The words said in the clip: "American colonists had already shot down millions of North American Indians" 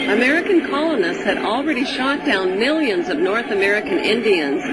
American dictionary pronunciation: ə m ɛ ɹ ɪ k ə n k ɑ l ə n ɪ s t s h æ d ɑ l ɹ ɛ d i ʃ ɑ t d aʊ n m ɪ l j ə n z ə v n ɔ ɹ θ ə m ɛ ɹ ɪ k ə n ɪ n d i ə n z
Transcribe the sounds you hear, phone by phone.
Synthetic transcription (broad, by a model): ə m ɛ ɹ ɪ k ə n k ɑ l ə n ɪ s t s h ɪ d l ɹ ɛ d i ʃ ɑ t d aʊ n m ɪ l j ə n z ə v n ɔ ɹ θ ə m ɛ ɹ ɪ k ə n ɪ n d i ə n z